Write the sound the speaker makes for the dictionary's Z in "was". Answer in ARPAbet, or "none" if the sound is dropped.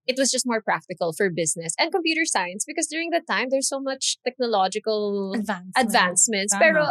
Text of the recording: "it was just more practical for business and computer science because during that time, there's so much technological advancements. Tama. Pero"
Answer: S